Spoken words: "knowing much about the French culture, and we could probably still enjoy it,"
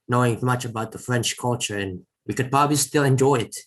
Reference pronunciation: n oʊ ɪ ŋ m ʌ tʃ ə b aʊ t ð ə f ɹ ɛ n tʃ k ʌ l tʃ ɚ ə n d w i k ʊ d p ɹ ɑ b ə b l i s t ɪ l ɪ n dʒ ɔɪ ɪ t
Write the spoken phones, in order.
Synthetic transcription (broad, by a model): n oʊ ɪ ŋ m ʌ tʃ ə b aʊ t ð ə f ɹ ɛ n tʃ k ʌ l tʃ ɚ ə n w i k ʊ d p ɹ ɑ b ə b l i s t ɪ l ɪ n dʒ ɔɪ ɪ t